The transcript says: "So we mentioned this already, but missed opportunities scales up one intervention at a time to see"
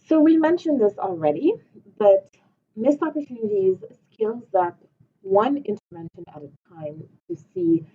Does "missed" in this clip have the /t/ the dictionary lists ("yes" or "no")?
no